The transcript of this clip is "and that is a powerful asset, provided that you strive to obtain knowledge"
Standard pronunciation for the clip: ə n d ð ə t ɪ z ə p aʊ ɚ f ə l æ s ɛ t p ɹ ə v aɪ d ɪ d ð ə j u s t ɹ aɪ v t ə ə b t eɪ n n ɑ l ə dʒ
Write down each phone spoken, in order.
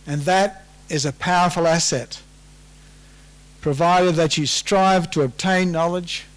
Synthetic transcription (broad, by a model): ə n ð ə t ɪ z ə p aʊ ɚ f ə l æ s ɛ t p ɹ ə v aɪ d ɪ d ð ə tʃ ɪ s t ɹ aɪ v t ə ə b t eɪ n n ɑ l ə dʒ